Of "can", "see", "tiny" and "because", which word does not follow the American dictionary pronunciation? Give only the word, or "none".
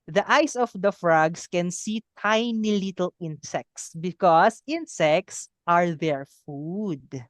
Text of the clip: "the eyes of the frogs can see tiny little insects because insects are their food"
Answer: because